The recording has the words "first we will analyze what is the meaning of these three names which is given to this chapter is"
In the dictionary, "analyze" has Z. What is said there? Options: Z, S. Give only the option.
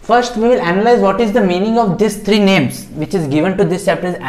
Z